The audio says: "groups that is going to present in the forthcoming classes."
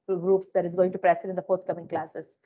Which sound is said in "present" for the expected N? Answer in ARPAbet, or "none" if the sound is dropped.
none